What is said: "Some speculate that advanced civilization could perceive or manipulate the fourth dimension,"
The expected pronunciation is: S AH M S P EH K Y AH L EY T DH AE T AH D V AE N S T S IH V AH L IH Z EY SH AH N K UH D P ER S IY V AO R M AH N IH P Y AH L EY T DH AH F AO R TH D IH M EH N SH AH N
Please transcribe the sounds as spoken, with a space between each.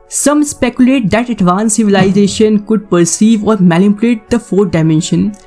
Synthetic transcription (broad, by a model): S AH M S P EH K Y AH L EY T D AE T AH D V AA N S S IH V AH L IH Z EY SH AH N K UH D P ER S IY V AO R M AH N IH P Y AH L EY T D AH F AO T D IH M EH N SH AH N